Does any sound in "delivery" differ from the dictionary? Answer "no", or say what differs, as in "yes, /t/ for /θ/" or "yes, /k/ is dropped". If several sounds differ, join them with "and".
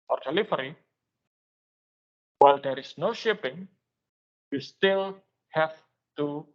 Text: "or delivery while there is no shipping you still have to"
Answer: yes, /f/ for /v/